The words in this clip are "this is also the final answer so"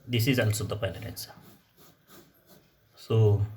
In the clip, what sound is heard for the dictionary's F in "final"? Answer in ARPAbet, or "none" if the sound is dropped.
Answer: P